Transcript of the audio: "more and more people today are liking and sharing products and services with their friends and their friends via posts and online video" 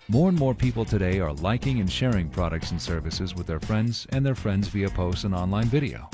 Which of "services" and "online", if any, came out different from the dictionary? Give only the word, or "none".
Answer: none